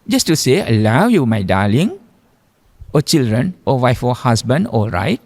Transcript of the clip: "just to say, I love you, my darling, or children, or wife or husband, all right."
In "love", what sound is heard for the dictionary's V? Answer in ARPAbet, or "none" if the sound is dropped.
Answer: W